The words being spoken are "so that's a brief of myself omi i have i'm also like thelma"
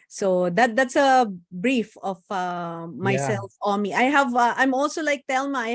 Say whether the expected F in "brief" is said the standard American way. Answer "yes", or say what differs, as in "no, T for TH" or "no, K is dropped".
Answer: yes